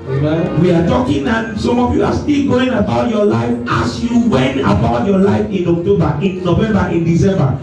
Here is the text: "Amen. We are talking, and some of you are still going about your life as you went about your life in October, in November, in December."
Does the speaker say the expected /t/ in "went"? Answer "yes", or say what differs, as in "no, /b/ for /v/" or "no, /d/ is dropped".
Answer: no, /t/ is dropped